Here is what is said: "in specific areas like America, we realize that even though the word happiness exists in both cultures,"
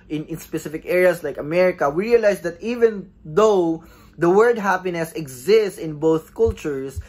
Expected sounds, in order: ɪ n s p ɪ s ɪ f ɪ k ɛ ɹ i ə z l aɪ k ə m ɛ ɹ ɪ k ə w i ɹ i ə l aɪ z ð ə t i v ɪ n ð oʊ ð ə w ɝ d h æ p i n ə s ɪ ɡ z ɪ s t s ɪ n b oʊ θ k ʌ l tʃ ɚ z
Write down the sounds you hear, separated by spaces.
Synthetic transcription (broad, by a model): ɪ n s p ɪ s ɪ f ɪ k ɛ ɹ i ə s l aɪ k ə m ɛ ɹ ɪ k ə w i ɹ i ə l aɪ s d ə t i v ɪ n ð oʊ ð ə w ɝ d h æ p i n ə s ɪ ɡ z ɪ s t s ɪ n b oʊ θ k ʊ l tʃ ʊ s